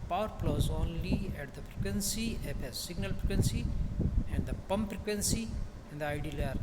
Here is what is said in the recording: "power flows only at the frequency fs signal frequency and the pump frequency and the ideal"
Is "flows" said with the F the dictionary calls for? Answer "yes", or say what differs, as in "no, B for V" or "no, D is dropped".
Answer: no, P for F